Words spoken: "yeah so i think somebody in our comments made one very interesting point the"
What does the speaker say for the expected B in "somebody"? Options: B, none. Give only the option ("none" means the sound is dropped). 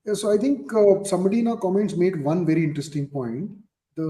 none